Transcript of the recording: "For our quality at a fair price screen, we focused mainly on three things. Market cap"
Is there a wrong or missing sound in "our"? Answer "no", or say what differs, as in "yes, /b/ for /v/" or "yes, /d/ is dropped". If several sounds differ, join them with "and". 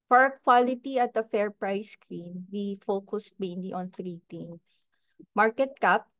no